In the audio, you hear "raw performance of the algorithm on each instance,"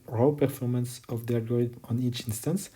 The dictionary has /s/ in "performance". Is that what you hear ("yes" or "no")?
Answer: yes